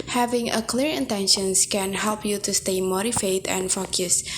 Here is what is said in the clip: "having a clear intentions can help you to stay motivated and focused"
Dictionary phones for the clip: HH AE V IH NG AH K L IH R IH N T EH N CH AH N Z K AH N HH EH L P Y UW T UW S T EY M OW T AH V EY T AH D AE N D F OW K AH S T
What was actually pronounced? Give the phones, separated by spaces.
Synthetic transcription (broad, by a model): HH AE V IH NG AH K L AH R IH N T EH N SH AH N S K AH N HH EH L P Y UW T UW S T EY M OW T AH F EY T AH N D F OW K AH S